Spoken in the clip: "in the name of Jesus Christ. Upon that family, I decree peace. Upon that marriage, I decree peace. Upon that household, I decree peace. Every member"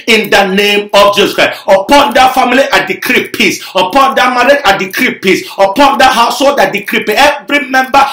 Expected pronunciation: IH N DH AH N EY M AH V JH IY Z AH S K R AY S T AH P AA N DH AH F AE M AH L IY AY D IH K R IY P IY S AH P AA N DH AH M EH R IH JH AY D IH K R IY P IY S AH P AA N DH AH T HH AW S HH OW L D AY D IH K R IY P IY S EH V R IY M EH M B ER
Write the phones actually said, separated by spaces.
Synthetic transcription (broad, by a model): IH N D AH N EY M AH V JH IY S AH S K R AY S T AH P AA N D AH F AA M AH L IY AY D IH K R IY P IY S AH P AA N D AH M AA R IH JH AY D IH K R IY P IY S AH P AA N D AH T HH AW S HH OW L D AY D IH K R IY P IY EH V R IY M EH M B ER